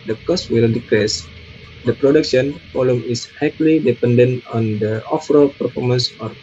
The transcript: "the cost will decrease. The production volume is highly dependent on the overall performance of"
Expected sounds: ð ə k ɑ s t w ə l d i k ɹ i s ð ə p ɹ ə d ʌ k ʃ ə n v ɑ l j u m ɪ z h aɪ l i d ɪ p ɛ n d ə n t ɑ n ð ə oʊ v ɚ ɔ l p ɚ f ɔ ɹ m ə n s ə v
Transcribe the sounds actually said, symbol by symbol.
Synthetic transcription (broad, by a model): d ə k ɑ s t w ə l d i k ɹ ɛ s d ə p ɹ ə d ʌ k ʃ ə n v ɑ l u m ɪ s h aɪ l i d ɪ p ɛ n d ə n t ɑ n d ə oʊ f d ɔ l p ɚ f ɔ ɹ m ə n s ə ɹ